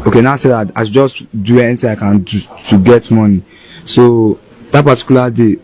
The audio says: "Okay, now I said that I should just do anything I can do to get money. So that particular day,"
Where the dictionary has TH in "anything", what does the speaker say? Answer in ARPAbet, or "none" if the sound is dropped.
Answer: T